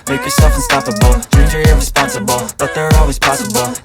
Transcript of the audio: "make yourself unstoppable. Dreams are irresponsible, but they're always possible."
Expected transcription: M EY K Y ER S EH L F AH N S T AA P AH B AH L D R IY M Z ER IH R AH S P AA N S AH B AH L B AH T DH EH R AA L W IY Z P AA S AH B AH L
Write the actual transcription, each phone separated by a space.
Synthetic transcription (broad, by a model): M EY K Y ER S EH L F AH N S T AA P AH B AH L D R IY Z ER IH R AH S P AA N S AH B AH L B AH T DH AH R AA L W IY Z P AA S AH B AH L